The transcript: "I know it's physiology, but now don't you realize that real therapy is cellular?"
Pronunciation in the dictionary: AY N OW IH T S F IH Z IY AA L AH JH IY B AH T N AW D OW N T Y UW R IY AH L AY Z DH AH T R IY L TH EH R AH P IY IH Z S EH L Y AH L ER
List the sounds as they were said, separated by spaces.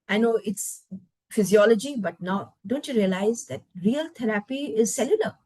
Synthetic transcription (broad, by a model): AY N OW IH T S F IH Z IY AA L AH JH IY B AH T N AW D OW N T Y UW R IY AH L AY Z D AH T R IY L T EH R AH P IY IH Z S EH L Y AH L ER